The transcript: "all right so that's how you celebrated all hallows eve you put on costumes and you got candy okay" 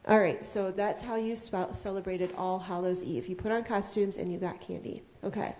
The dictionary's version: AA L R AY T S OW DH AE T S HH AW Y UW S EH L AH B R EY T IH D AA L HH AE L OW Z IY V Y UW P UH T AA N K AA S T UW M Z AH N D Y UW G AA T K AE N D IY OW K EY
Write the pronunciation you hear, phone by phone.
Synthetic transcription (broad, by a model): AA L R AY T S OW DH AE T S HH AW Y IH S EH L AH B R EY T IH D AA L HH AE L OW Z IY F Y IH P UH T N K AA S T UW M Z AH N Y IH G AA T K AE N D IY OW K EY